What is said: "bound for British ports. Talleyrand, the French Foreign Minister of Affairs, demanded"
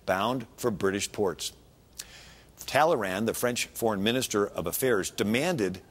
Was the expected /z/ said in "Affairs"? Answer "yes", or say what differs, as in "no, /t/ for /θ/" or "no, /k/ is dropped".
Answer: yes